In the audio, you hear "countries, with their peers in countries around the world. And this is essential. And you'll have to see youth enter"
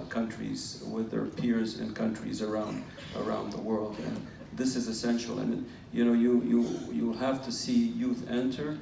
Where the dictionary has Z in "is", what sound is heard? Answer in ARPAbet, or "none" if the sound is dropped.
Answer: Z